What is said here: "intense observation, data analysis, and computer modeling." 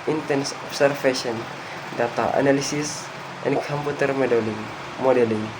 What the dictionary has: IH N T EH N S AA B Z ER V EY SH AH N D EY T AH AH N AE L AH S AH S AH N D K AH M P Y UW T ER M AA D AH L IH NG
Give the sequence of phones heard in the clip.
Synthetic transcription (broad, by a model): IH N T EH N S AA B S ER F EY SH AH N D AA T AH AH N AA L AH S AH S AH N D K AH M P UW T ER M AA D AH L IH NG